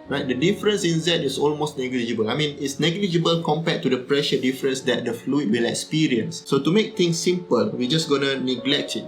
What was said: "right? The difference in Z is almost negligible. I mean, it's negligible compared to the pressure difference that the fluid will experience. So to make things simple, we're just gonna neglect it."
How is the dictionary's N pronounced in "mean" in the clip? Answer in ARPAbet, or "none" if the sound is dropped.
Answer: N